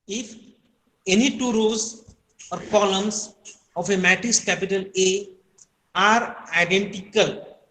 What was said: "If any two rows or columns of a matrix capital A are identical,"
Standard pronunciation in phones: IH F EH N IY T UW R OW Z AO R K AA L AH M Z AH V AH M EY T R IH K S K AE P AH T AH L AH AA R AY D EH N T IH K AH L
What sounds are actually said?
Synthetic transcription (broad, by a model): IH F EH N IY T UW R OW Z AO R K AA L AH M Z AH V AH M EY T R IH S K AE P AH T AH L AH AA R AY D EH N T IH K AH L